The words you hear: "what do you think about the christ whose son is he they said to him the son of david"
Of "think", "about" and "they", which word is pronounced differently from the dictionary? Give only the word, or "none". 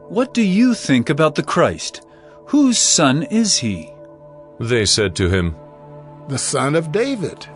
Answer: none